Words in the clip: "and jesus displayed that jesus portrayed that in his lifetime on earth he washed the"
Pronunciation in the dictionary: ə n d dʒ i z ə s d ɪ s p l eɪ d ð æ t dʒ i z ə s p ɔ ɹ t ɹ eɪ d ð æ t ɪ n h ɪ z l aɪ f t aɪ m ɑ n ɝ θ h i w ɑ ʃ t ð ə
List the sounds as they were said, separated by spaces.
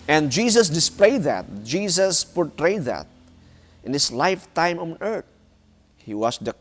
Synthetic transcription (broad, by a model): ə n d dʒ i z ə s d ɪ s p l eɪ d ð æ t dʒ i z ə s p ɔ ɹ t ɹ eɪ d ð æ t ɪ n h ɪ s l aɪ f t aɪ m ɑ n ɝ t h i w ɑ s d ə